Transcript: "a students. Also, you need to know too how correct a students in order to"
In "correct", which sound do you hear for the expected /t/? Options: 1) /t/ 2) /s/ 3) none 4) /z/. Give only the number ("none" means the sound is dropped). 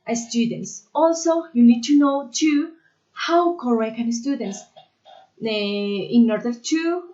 3